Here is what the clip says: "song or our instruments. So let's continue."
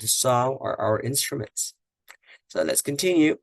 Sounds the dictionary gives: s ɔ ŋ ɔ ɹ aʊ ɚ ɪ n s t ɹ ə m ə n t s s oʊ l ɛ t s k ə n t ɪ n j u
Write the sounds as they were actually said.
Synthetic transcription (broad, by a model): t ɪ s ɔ l aʊ ɚ ɪ n s t ɹ ə m ə n t s s oʊ l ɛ t s k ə n t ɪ n j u